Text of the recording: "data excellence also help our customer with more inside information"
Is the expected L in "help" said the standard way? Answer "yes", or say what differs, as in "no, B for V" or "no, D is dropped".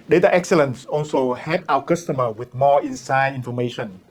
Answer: no, L is dropped